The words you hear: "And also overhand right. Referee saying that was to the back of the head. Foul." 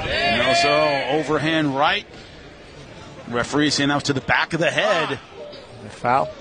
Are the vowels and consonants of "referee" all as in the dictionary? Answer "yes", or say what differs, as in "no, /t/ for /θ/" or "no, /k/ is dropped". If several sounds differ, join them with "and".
yes